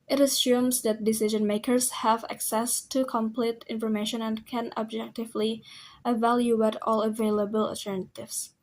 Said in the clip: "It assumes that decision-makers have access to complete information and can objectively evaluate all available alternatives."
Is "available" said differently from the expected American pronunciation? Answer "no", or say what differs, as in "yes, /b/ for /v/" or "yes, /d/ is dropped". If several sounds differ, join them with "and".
no